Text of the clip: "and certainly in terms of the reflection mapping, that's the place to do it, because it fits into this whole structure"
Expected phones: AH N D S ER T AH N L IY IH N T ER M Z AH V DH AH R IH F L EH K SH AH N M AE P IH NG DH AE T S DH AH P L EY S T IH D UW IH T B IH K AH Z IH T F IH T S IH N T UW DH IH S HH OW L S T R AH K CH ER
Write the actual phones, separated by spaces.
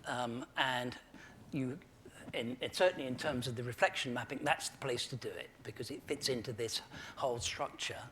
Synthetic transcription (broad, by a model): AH N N S ER T N L IY IH N T ER M Z AH V DH AH R IH F L EH K SH AH N M AE P IH NG DH AE T S DH AH P L EY S T IH D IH IH T B IH K AH Z IH T F IH T S IH N T UW DH IH S HH OW L S T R AH K CH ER